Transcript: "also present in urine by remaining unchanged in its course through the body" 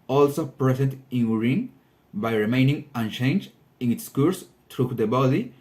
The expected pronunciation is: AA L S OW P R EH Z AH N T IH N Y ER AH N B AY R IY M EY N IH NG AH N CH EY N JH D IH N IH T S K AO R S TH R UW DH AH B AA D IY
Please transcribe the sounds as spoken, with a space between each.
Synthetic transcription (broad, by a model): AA L S OW P R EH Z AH N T IH N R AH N B AY R IY M EY N IH NG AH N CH EY N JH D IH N IH T S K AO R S T R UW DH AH B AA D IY